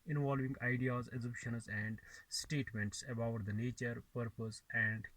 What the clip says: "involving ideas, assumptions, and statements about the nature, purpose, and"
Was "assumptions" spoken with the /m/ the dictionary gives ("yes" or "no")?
no